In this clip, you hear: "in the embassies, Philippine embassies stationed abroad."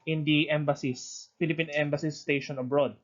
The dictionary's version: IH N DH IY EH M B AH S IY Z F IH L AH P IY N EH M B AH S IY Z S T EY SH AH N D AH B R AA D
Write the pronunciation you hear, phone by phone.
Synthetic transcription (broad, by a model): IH N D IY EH M B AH S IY S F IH L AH P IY N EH M B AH S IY S T EY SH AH N AH B R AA D